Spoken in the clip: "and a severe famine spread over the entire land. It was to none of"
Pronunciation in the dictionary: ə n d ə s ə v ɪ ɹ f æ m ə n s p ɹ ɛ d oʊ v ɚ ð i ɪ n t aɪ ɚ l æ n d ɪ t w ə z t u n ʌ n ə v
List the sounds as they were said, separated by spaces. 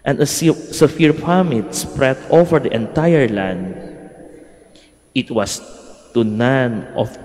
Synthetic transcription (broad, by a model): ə n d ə s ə f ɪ ɹ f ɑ m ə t s p ɹ ɛ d oʊ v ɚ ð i ɪ n t aɪ ɚ l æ n d ɪ t w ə s t u n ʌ n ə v